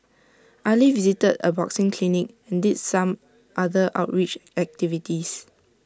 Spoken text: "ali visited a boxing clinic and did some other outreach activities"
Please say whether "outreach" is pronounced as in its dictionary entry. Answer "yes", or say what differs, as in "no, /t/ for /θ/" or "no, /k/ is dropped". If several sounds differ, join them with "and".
yes